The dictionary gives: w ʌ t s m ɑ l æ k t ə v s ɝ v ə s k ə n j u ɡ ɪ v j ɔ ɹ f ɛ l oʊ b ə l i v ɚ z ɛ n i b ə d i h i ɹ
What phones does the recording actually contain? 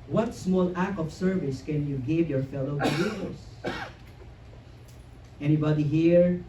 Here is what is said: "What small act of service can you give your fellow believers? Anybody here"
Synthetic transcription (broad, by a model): w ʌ t s m ɑ l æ k ə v s ɝ v ə s k ə n j u ɡ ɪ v j ɔ ɹ f ɛ l oʊ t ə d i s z ɛ n i b ə d i h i ɹ